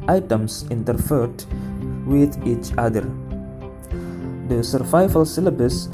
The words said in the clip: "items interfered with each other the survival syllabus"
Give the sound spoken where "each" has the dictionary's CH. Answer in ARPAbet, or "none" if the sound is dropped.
CH